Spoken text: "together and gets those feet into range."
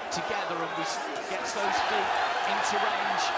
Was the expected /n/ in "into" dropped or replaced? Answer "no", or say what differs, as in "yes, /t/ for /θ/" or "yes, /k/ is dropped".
no